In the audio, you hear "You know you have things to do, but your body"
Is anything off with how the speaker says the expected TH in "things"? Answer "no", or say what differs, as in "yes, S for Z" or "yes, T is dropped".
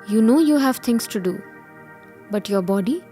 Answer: yes, T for TH